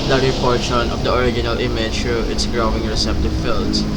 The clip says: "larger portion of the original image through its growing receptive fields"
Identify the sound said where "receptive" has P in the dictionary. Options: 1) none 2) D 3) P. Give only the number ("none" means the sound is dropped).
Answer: 3